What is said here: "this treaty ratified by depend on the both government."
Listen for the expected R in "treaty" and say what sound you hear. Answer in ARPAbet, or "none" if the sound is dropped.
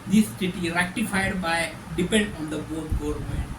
none